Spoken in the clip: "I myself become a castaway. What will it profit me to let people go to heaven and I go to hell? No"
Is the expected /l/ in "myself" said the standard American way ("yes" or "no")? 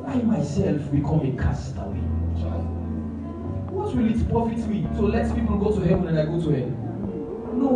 yes